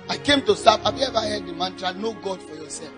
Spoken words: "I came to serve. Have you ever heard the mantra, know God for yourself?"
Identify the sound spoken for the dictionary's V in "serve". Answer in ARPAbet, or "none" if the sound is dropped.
P